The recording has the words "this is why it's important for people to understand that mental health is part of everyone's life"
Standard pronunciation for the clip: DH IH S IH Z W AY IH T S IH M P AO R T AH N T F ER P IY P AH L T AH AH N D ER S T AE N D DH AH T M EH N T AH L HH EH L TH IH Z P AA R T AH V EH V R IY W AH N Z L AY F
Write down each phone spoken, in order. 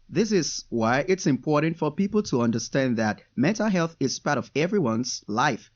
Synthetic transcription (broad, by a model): DH IH S IH Z W AY IH T S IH M P AO R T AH N T F ER P IY P L T AH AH N D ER S T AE N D DH AH T M EH N T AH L HH EH L TH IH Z P AA R T AH V EH V R IY W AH N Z L AY F